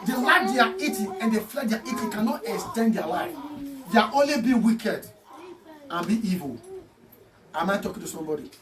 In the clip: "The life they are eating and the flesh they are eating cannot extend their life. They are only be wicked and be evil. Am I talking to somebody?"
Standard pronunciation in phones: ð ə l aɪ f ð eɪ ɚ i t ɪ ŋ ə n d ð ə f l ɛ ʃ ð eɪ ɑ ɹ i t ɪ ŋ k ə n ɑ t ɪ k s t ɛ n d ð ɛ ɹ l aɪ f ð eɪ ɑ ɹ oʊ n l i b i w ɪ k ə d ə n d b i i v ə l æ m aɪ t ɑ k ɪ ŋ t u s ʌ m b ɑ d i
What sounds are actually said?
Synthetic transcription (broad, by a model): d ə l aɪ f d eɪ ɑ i t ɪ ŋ ə n d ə f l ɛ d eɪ ɑ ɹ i t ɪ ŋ k ə n ɑ t ɪ k s t ɛ n d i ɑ l aɪ f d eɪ ɑ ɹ oʊ n l i b i w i k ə d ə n b i i v ə l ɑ m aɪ t ɑ k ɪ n t u s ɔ m b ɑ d i